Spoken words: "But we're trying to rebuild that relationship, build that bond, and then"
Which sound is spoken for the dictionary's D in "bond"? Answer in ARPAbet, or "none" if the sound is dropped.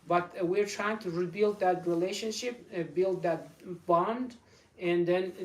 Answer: D